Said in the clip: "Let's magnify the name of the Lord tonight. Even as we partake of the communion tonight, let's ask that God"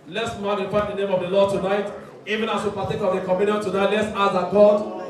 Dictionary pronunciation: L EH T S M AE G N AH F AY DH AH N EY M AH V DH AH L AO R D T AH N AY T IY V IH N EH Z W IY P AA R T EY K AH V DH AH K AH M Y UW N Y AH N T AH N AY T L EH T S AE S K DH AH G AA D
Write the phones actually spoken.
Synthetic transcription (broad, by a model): L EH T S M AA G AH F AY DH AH N EY M AH V DH AH L AO D T AH N AY T IY V IH N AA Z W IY P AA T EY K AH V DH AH K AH M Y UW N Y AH N T AH N AY T L EH T S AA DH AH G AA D